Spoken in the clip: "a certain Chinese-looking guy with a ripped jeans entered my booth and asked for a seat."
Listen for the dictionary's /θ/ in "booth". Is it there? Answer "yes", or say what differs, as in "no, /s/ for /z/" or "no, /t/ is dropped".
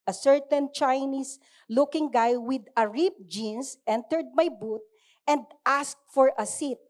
no, /t/ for /θ/